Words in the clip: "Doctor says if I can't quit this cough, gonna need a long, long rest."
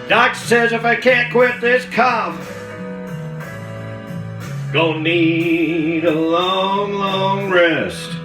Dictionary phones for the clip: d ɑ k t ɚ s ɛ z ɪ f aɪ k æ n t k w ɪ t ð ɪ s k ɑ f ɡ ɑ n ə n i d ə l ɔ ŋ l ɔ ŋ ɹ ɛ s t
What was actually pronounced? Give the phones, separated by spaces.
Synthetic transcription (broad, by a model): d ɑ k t s ɛ z ɪ f aɪ k æ n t k w ɪ t ð ɪ s k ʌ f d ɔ ə n i d ə l ɔ ŋ l ɔ ŋ ɹ ɛ s t